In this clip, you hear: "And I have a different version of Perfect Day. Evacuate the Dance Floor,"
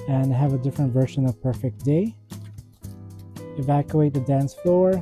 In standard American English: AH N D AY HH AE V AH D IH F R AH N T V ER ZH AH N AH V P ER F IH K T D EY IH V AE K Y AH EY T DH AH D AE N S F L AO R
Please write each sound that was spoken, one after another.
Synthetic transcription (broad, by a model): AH N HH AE V AH D IH F R AH N T V ER SH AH N AH V P ER F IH K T D EY IH V AE K Y AH EY T DH AH D AE N S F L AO R